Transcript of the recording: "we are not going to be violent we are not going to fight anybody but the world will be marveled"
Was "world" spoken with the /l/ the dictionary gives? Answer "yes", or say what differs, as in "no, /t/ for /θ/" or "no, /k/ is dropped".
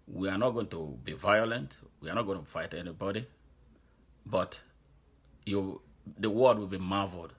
no, /w/ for /l/